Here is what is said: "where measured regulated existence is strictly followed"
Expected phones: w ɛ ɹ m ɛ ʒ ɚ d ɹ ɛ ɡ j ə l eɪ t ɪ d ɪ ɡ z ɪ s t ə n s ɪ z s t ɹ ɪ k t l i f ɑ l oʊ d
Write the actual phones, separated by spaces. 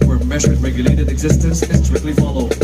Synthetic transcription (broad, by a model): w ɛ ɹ m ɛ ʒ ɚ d ɹ ɛ ɡ j ə l eɪ t ɪ d ɪ ɡ z ɪ s t ə n s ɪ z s t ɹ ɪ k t l i f ɑ l oʊ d